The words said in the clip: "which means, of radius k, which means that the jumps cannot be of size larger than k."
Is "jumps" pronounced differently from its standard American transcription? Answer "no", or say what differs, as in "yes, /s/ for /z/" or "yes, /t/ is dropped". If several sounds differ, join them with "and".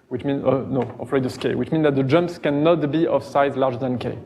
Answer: no